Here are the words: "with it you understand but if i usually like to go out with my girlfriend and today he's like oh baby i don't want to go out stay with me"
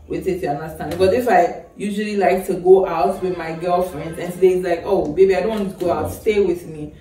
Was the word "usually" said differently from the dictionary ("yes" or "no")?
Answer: no